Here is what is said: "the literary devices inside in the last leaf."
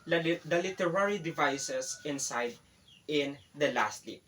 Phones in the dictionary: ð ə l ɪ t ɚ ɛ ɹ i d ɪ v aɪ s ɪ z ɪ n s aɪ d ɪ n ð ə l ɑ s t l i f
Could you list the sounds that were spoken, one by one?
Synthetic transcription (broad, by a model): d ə l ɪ t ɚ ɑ ɹ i d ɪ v aɪ s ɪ s ɪ n s aɪ d ɪ n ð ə l ɑ s t l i